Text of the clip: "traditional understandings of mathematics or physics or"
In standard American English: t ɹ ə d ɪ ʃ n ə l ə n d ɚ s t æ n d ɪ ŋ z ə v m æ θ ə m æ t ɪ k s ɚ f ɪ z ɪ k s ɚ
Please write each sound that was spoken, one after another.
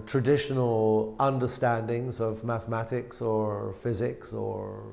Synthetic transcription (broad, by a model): t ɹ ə d ɪ ʃ n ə l ə n d ɚ s t æ n d ɪ ŋ z ə v m æ θ ə m æ t ɪ k s ɚ f ɪ z ɪ k s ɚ